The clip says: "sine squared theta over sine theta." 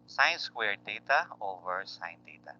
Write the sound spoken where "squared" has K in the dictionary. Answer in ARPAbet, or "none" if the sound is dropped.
K